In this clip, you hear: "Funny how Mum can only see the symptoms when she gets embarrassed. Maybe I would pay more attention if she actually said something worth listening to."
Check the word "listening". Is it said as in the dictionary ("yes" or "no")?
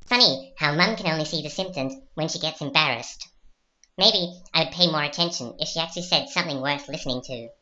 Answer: yes